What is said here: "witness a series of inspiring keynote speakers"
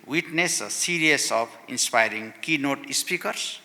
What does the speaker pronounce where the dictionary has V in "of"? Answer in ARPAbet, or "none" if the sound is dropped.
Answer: P